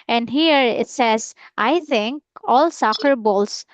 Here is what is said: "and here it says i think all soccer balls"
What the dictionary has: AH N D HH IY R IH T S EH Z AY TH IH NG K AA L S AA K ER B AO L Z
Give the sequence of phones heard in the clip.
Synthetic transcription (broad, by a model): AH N D HH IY R IH T S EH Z AY T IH NG K AA L S AA K ER B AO L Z